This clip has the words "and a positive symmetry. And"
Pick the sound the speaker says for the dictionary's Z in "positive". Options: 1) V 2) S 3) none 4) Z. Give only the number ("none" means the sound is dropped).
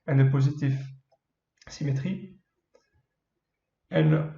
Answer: 4